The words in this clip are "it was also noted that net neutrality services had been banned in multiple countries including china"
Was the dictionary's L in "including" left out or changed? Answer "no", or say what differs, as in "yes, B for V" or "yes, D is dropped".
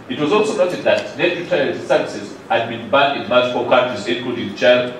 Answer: yes, L is dropped